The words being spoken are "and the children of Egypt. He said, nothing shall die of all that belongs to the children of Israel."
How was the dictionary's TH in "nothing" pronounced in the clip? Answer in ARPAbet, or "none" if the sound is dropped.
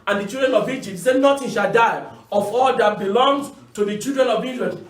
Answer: T